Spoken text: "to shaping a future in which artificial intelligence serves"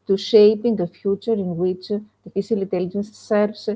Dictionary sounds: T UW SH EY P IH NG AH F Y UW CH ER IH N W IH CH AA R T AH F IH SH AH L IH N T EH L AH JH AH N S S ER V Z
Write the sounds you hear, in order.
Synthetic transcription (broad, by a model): T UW SH EY P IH NG AH F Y UW CH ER IH N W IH CH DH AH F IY S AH L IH N T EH L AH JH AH N S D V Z